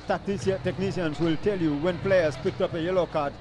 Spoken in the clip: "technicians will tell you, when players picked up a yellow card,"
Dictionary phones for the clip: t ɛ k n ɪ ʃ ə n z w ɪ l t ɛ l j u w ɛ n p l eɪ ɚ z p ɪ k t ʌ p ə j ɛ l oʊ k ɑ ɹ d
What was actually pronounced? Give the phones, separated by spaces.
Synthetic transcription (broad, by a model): t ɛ k n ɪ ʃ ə n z w ɪ l t ɛ l j u w ɛ n p l eɪ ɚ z p ɪ k t ʌ p ə j ɛ l oʊ k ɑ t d